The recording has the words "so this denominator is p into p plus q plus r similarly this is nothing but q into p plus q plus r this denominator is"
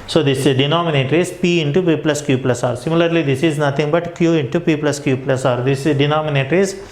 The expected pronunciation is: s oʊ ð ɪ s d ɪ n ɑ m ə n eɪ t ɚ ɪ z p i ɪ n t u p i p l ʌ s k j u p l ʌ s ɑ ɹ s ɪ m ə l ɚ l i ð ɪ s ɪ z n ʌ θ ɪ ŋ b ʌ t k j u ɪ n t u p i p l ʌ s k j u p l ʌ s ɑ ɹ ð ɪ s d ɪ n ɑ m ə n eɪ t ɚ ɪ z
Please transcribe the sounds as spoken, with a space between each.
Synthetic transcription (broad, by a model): s oʊ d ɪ s d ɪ n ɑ m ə n eɪ t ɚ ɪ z p i ɪ n t u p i p l ʌ s k j u p l ʌ s ɑ ɹ s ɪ m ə l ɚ l i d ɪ s ɪ z n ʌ t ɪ ŋ b ʌ t k j u ɪ n t u p i p l ʌ s k j u p l ʌ s ɑ ɹ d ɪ s d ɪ n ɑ m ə n eɪ t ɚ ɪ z